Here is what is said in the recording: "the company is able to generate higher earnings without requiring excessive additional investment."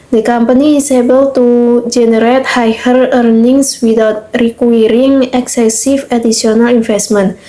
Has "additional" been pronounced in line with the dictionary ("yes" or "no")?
no